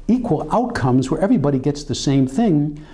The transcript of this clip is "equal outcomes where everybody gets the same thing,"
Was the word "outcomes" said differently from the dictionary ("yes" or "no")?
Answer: no